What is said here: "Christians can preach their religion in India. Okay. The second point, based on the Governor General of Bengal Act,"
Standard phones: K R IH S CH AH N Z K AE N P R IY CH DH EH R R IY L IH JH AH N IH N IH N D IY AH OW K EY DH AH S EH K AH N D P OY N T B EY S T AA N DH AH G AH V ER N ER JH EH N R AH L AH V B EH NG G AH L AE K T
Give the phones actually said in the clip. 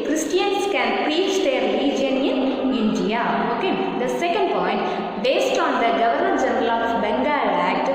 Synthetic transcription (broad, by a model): K R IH S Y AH N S K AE N P R IY CH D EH R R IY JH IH AH N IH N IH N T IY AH OW K EY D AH S EH K AH N D P OY N T B EY S T AA N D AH G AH V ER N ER JH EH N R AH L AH B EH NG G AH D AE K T